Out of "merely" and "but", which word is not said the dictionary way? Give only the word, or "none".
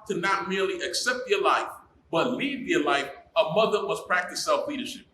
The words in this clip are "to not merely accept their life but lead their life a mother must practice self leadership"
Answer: none